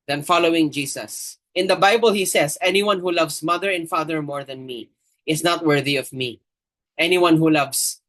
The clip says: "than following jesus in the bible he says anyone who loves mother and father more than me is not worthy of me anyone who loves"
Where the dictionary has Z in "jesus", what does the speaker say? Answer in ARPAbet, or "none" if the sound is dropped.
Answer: S